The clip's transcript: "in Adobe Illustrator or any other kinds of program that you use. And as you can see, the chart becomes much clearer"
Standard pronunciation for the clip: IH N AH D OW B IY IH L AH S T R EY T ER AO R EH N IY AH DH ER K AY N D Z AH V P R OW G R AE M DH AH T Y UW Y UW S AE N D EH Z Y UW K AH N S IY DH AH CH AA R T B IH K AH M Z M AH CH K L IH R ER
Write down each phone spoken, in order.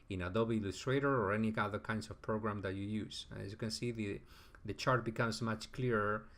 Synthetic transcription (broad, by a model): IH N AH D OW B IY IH L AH S T R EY T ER AO R EH N IY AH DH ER K AY N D S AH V P R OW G R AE M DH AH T Y UW Y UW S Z Y UW K AH N S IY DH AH CH AA R T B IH K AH M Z M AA CH K L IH R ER